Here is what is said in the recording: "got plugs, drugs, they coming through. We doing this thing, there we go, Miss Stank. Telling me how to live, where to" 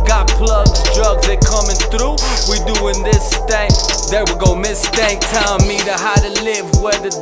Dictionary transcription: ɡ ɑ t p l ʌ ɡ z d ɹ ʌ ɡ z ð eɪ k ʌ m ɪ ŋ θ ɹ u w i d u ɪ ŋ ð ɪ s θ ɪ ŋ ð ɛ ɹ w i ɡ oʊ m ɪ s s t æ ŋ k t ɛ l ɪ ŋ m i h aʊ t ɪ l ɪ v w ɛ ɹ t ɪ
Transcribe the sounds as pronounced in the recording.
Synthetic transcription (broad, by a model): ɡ ɑ t p l ʌ ɡ z d ɹ ʌ ɡ z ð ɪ k ʌ m ɪ ŋ θ ɹ u w i d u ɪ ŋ ð ɪ s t ɪ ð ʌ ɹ w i ɡ oʊ m ɪ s s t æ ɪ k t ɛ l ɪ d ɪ h aʊ t ɪ l ɪ v w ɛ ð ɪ